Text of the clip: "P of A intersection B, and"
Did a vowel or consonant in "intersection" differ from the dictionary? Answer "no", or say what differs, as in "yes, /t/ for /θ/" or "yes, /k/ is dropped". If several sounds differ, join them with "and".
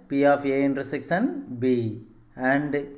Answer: yes, /s/ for /ʃ/